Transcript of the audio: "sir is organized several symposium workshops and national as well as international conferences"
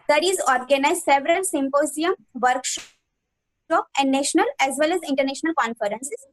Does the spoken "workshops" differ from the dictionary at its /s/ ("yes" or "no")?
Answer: yes